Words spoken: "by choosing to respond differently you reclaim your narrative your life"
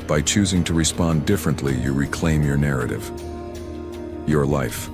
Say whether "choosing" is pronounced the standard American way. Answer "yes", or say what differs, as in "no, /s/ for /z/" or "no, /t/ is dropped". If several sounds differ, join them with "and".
yes